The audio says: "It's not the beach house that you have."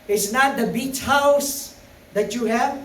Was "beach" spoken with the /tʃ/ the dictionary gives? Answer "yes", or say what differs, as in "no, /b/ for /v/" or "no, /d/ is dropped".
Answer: yes